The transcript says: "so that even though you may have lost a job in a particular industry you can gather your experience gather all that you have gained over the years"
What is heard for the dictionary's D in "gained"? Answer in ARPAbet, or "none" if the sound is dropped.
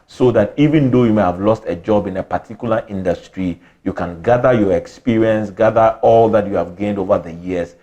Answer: D